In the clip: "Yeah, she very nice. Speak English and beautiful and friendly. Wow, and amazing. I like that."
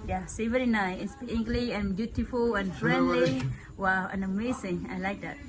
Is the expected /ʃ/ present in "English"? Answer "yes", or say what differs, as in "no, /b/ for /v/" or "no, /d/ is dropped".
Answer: no, /ʃ/ is dropped